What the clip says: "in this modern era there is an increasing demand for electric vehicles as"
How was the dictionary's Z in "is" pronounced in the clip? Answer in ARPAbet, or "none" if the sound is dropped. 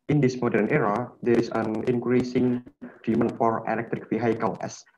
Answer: S